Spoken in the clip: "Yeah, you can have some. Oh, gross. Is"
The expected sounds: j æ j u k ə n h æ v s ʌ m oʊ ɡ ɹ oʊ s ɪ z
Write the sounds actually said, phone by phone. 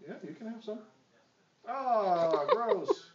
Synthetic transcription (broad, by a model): j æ j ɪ k ə n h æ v s ʌ m oʊ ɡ ɹ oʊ ɪ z